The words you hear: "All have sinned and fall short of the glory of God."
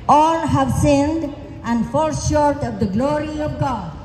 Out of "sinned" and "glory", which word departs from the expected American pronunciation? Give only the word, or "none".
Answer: none